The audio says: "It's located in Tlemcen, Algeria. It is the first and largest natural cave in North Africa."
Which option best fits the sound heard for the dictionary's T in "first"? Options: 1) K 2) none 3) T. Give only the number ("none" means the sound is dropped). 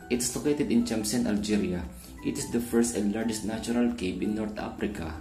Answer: 3